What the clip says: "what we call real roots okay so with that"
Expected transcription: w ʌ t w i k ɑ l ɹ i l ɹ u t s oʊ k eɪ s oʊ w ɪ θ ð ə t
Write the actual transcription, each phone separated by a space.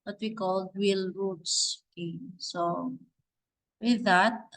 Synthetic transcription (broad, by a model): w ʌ t w i k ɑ l w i l ɹ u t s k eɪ s oʊ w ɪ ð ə t